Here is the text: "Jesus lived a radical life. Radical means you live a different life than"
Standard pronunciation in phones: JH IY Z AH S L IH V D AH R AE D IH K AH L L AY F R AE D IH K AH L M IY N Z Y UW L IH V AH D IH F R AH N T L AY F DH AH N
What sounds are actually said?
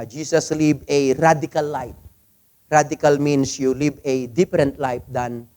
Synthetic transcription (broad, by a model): JH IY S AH S L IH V AH R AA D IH K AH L L AY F R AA D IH K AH L M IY N S Y UW L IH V AH D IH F R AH N T L AY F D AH N